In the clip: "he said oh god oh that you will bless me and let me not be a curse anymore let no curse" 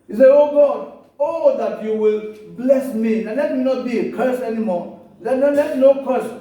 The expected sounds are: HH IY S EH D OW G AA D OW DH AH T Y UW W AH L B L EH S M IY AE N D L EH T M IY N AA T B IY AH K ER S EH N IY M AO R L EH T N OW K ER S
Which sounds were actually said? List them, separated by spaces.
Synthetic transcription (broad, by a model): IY S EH OW G AA D OW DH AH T Y UW W AH L B L EH S M IY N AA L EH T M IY N AA T B IY AH K ER S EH N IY M AO L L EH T N OW K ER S